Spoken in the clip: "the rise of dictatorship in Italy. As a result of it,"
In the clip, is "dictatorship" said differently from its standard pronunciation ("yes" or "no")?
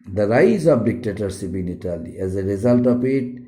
yes